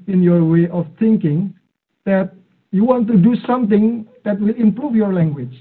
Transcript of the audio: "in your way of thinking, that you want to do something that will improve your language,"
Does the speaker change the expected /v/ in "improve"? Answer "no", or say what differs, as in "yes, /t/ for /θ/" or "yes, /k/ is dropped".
yes, /f/ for /v/